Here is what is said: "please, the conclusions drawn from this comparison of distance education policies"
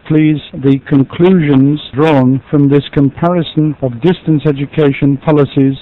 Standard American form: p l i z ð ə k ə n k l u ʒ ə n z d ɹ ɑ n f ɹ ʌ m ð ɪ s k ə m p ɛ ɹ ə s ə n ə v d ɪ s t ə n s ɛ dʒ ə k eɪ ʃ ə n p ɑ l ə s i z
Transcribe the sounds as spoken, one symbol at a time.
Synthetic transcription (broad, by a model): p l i z ð ə k ə n k l u ʒ ə n z d ɹ ɑ n f ɹ ʌ m ð ɪ s k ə m p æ ɹ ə s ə n ə v d ɪ s t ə n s ɛ dʒ ə k eɪ ʃ ə n p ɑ l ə s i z